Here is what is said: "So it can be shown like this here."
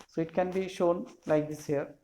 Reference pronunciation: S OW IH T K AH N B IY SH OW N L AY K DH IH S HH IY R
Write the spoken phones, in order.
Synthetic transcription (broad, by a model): S OW IH T K AH N B IY SH OW N L AY K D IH S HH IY R